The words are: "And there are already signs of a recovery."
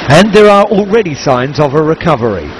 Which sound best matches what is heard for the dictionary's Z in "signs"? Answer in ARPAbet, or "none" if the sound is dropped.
Z